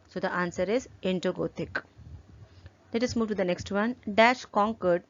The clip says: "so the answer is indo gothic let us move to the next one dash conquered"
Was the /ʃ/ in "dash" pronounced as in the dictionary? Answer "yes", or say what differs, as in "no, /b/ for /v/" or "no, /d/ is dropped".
yes